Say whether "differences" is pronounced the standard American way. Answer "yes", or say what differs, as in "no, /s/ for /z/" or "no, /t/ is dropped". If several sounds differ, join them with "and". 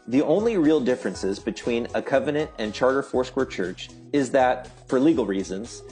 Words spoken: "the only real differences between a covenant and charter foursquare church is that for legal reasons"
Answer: yes